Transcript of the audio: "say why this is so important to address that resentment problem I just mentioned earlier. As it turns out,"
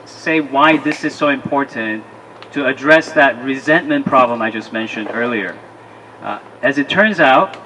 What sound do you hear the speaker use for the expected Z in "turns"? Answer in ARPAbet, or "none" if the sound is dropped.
Z